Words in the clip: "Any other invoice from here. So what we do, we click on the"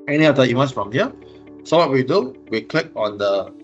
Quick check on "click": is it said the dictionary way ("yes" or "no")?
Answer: yes